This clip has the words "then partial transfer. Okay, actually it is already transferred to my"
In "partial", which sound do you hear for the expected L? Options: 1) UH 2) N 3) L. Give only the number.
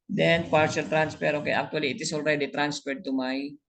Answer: 3